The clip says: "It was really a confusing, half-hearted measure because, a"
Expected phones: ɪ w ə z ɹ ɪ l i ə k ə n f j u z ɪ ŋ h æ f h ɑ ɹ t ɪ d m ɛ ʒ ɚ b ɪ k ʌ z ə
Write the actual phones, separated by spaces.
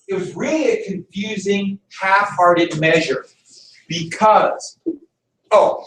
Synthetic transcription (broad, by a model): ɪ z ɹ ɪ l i k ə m f j u z ɪ ŋ h æ f h ɑ ɹ t ɪ d m ɛ ʒ ɚ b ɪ k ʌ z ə